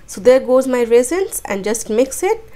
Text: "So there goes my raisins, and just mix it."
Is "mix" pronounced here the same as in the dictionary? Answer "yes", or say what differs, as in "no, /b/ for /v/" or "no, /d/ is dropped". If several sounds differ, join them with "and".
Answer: yes